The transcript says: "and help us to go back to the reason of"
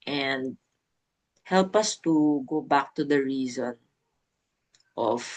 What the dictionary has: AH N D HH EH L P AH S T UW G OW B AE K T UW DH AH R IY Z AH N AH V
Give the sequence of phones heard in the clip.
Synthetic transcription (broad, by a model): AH N D HH EH L P AH S T UW G OW B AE K T UW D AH R IY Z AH N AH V